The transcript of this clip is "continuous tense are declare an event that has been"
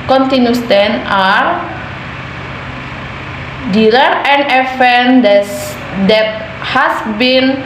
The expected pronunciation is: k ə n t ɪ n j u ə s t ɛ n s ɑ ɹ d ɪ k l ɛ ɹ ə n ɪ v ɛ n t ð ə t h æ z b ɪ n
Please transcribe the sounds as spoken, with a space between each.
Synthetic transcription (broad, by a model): k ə n t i n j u s t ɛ n ɑ ɹ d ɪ l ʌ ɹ ə n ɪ f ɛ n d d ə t h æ s b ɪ n